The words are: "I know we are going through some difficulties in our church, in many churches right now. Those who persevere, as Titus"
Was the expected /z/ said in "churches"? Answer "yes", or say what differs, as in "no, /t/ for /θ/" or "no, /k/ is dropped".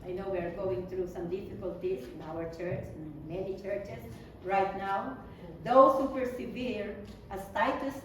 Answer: no, /s/ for /z/